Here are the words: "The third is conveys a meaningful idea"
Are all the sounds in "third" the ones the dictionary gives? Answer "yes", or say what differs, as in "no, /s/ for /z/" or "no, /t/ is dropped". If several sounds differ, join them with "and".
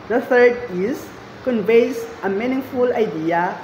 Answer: no, /f/ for /θ/